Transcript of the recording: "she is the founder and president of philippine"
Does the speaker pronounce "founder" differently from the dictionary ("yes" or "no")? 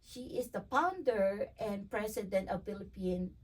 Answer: yes